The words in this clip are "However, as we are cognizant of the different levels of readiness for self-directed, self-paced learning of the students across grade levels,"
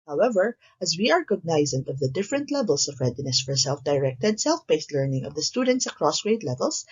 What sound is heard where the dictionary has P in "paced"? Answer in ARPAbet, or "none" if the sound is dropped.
B